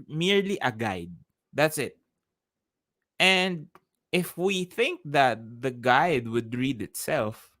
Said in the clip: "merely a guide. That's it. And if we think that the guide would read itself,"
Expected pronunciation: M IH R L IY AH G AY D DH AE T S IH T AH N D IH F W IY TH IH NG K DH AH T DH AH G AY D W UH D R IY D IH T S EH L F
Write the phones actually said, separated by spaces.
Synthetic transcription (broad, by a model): M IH R L IY AH G AY D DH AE T S IH T AH N D IH F W IY TH IH NG K DH AH T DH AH G AY D W UH D R IY D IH T S EH L F